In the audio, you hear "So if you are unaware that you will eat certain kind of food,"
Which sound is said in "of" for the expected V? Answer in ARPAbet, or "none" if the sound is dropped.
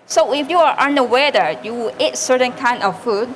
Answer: F